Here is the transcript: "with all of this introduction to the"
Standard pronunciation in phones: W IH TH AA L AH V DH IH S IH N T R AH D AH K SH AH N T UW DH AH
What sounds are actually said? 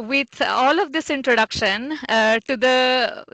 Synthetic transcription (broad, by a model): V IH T AA L AH V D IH S IH N T R AH D AH K SH AH N T UW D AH